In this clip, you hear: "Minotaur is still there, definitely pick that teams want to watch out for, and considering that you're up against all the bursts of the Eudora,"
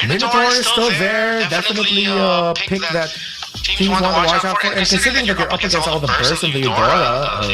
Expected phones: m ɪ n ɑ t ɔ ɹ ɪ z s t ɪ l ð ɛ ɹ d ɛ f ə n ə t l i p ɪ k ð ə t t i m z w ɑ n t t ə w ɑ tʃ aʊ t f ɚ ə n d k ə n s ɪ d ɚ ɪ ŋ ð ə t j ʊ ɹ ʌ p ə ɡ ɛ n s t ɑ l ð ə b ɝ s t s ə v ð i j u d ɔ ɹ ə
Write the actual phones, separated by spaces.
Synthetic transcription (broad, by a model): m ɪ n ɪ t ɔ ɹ s t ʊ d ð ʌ ɹ d ɛ f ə n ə t l i p ɪ k ð ə t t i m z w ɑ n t t ə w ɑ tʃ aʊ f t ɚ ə n k ə n s ɪ d ɚ ɪ ŋ ð ə t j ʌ ɹ ʌ p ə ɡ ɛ n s ɑ l ð ə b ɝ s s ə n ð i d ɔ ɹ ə